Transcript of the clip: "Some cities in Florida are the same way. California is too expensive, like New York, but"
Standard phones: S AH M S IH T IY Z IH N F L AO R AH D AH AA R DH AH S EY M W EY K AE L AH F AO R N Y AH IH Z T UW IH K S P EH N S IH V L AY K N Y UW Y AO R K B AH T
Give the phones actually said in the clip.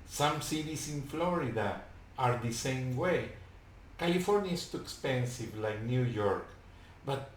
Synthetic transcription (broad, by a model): S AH M S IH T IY S IH N F L AO R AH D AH AA R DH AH S EY M W EY K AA L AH F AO R N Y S T UW IH K S P EH N S IH V L AY K N Y UW Y AO R K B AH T